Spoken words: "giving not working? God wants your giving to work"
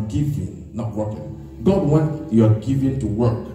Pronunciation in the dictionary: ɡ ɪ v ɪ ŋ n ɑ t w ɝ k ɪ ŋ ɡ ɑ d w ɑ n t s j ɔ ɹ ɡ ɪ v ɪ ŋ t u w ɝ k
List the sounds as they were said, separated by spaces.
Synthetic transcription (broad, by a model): ɡ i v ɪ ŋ n ɑ t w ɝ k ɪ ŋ ɡ ɑ d w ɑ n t j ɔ ɡ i v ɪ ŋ t u w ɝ k